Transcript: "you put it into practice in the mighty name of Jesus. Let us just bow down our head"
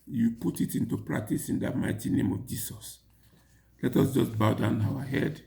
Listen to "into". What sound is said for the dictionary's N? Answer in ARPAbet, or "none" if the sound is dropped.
N